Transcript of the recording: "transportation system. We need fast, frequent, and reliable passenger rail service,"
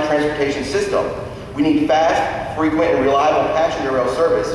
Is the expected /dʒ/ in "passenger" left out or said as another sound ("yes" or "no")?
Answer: yes